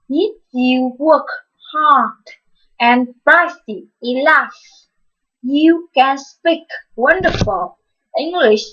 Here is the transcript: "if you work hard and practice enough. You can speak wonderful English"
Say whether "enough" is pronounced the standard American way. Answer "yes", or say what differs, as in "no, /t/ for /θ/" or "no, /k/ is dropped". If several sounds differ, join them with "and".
no, /l/ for /n/